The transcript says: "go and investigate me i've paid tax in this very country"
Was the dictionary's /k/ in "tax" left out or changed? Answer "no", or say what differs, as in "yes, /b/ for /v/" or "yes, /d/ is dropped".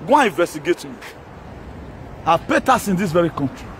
yes, /k/ is dropped